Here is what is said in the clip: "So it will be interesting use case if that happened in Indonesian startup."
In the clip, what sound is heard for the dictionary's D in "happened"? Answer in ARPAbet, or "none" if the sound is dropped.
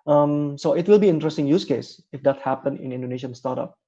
none